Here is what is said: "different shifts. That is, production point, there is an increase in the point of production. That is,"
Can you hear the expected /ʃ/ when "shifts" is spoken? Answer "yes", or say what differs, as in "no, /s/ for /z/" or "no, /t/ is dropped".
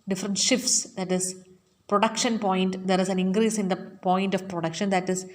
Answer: yes